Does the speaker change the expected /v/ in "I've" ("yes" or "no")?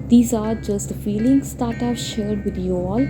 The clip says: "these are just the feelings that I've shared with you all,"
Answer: yes